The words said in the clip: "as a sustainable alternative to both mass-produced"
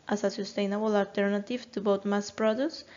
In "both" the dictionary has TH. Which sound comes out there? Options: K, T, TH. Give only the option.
T